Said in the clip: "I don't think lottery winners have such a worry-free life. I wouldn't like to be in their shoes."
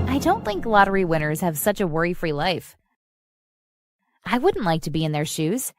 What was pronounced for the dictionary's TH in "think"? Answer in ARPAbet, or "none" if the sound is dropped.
TH